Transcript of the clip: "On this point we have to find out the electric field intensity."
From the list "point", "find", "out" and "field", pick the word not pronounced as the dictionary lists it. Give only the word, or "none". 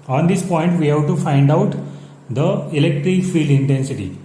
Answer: none